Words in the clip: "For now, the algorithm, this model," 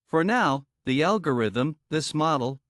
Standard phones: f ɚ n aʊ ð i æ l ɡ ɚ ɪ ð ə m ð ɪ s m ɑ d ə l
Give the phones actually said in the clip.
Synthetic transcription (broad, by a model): f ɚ n aʊ ð i æ l ɡ ɚ ɪ ð ə m ð ɪ s m ɑ d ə l